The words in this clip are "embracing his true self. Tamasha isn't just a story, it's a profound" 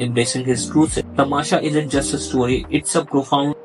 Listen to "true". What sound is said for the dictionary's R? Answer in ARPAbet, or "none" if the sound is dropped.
R